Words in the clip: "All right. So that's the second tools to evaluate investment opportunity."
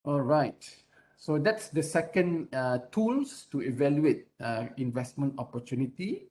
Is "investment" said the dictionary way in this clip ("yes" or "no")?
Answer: yes